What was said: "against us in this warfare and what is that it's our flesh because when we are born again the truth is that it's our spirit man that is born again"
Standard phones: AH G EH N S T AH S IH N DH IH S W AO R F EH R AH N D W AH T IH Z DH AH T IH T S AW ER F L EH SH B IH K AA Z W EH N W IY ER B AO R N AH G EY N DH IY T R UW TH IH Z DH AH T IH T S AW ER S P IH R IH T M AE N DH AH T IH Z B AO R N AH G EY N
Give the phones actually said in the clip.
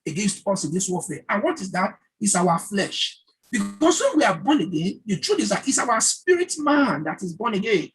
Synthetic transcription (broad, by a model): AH G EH N S T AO S IH N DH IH S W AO F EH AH N W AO T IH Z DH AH T IH T S AW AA F L EH SH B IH K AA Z W EH N W IY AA B AO N AH G EY N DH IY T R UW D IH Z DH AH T IH T S AW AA S P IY R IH T M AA N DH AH T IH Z B AO N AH G EY N